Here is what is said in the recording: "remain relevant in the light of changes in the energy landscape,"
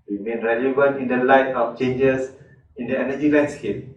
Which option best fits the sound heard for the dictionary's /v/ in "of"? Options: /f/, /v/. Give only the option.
/f/